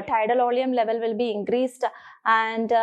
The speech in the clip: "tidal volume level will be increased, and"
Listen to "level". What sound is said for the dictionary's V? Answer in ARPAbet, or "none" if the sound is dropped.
V